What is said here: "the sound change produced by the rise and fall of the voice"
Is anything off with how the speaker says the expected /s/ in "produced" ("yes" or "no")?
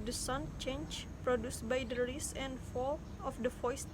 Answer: no